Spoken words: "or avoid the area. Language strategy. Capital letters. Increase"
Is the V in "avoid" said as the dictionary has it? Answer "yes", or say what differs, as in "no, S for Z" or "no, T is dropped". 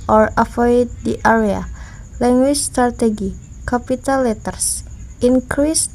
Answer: no, F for V